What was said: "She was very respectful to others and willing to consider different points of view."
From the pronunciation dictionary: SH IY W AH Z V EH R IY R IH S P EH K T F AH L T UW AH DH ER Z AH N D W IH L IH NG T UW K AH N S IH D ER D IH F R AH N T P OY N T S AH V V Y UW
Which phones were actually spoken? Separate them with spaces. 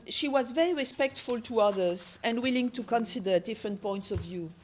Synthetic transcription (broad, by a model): SH IY W AH Z V EH R IY R IH S P EH K T F AH L T UW AH DH ER Z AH N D W IH L IH NG T UW K AH N S IH D ER D IH F R AH N T P OY N T S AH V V Y UW